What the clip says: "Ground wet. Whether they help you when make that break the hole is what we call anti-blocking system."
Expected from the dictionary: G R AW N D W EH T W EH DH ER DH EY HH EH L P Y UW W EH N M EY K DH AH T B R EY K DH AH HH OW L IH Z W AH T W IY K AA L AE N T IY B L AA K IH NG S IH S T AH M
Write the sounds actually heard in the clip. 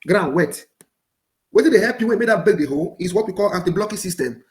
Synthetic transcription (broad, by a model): G R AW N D W EH T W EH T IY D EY HH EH P Y UW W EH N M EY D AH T B EY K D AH HH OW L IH S W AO T W IY K AA L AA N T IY B L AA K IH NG S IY S T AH M